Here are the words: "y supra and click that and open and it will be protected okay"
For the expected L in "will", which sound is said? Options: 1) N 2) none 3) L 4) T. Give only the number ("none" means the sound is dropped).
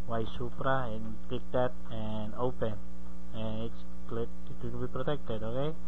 1